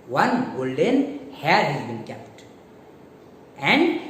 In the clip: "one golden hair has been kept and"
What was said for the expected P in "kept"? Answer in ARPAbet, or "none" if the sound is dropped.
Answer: P